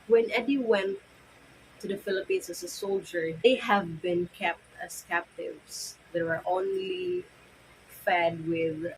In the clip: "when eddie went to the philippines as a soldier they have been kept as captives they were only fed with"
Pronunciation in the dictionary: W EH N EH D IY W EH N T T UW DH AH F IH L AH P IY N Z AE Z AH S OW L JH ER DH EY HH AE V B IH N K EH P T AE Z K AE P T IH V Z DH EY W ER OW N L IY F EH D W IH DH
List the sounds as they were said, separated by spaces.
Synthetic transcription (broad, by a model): W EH N EH D IY W EH N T T UW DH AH F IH L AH P IY N S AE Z AH S OW L JH ER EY HH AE V B IH N K EH P T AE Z K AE P T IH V S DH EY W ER OW N L IY F EH D W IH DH